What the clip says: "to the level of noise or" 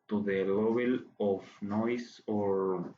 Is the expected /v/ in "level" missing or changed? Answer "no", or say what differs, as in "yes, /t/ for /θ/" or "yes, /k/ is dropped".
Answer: yes, /b/ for /v/